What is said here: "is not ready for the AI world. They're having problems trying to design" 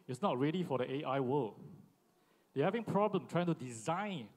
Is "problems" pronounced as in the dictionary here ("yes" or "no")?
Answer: no